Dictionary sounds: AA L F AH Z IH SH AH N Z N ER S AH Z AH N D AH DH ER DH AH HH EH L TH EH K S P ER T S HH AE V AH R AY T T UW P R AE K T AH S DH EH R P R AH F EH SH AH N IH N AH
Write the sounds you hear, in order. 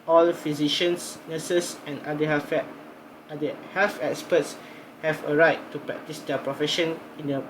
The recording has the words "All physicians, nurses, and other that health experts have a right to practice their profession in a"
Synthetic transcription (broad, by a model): AA L F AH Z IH SH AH N S N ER S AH S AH N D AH ER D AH HH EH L F EH K S P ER T S HH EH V AH R AY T T UW P R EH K T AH S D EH P R AH F EH SH AH N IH N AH